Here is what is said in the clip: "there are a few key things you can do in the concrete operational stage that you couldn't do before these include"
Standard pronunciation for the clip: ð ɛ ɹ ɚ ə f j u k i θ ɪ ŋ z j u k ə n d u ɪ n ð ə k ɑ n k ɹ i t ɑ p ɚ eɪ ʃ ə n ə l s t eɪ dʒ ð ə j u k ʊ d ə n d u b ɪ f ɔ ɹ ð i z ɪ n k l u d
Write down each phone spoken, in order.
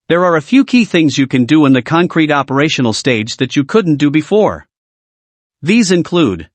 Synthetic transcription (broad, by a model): ð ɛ ɹ ɚ ə f j u k i θ ɪ ŋ z j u k ə n d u ɪ n ð ə k ɑ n k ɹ i t ɑ p ɚ eɪ ʃ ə n l s t eɪ dʒ ð ə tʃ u k ʊ d n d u b ɪ f ɔ ɹ ð i z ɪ n k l u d